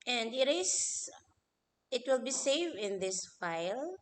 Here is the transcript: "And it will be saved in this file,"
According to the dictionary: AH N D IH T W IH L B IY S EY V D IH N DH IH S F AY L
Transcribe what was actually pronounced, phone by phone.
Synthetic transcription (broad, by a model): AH N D IH T W IH L B IY S EY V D IH N DH IH S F AY L